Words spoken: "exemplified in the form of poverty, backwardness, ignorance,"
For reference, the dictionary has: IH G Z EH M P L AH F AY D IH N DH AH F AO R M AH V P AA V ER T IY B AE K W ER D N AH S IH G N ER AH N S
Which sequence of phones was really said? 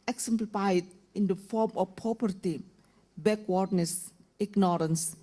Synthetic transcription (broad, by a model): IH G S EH M P L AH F AY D IH N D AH F AO R M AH F P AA P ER T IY B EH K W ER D N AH S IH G N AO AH N S